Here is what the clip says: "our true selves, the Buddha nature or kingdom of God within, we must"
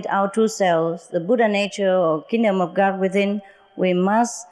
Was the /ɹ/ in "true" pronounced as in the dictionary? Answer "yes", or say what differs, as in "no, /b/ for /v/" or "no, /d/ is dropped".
no, /ɹ/ is dropped